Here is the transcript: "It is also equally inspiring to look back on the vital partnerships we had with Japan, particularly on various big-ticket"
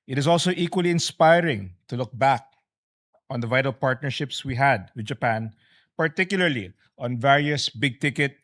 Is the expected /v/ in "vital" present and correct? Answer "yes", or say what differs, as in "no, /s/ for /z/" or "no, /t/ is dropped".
yes